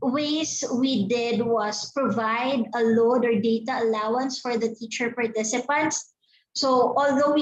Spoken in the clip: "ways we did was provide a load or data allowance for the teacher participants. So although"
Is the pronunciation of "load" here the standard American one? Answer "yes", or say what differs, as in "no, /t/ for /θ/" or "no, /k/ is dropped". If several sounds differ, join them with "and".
yes